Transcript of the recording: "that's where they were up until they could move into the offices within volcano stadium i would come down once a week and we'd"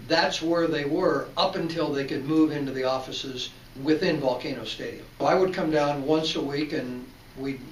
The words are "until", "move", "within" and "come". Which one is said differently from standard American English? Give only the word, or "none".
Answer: none